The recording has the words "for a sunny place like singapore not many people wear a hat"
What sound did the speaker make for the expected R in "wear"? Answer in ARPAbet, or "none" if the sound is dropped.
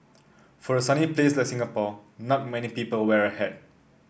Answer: R